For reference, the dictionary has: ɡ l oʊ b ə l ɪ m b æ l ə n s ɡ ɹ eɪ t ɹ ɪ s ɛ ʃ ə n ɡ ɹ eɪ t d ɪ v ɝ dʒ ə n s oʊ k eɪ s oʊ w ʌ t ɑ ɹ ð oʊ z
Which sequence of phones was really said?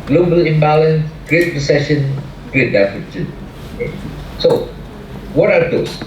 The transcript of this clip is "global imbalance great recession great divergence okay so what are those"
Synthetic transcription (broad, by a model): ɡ l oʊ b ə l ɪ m b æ l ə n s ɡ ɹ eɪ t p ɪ s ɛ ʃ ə n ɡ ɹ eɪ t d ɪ f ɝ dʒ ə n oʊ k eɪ s oʊ w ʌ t ɑ ɹ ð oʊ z